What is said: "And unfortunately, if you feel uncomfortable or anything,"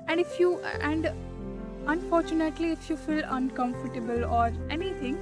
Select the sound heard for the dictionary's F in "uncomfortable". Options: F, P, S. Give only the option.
F